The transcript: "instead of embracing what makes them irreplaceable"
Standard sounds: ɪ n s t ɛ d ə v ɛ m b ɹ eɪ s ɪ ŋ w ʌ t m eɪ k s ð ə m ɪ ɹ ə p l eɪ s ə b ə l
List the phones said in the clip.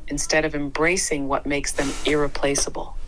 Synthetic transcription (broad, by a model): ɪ n s t ɛ d ə v ɛ m b ɹ eɪ s ɪ ŋ w ʌ t m eɪ k s ð ə m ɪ ɹ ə p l eɪ s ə b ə l